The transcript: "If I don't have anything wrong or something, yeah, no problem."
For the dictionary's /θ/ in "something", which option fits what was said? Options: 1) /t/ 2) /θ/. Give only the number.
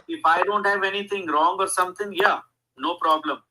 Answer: 1